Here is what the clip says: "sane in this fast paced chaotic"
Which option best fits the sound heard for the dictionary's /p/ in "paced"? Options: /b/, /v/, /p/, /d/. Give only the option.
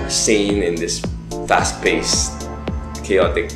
/b/